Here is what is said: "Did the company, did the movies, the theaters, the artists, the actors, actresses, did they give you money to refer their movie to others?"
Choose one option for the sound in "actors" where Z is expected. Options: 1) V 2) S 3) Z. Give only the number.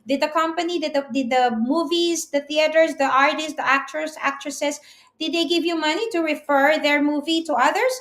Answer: 2